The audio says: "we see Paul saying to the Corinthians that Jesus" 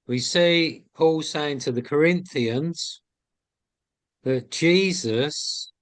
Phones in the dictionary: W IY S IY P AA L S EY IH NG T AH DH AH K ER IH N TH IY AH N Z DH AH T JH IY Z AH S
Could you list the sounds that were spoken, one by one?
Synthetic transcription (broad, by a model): W IY S IY P AA L S EY IH NG T AH DH AH K ER IH N TH IY AH N Z DH AH T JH IY Z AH S